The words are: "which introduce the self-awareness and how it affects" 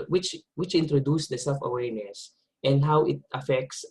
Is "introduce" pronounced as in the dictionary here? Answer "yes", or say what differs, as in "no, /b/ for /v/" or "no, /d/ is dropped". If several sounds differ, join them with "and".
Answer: yes